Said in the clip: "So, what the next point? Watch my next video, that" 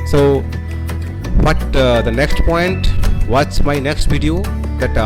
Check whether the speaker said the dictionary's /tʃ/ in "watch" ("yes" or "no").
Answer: no